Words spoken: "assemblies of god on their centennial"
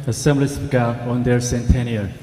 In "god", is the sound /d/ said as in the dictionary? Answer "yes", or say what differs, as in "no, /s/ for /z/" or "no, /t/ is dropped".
no, /d/ is dropped